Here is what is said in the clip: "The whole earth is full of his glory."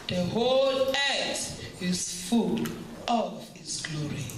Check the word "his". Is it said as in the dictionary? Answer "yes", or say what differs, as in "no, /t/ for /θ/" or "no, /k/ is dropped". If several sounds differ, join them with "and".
no, /s/ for /z/